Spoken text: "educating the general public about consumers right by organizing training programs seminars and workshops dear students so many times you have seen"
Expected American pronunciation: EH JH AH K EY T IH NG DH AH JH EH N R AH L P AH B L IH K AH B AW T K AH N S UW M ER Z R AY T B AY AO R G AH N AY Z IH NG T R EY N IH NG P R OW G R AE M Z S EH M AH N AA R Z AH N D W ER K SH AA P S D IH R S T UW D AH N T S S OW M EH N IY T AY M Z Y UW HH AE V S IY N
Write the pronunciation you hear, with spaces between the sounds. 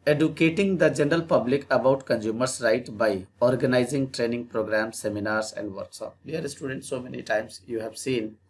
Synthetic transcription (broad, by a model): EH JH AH K EY T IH NG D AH JH EH N R AH L P AH B L IH K AH B AW T K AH N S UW M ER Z R AY T B AY AO R G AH N AY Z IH NG T R EY N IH NG P R OW G R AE M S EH M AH N AA R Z AH N D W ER K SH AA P D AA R S T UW D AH N T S S OW M EH N IY T AY M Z Y UW HH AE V S IY N